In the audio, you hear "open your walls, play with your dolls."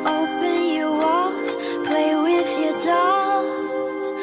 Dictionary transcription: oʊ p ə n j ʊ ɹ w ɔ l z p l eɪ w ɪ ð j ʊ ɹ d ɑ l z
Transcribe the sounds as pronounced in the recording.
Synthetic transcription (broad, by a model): oʊ p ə n j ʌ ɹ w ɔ z p l eɪ w ɪ ð j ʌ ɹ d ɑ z